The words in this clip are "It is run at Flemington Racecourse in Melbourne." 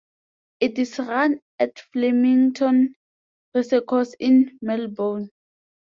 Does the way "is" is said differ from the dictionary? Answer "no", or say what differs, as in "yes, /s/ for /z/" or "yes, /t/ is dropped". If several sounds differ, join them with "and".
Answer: yes, /s/ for /z/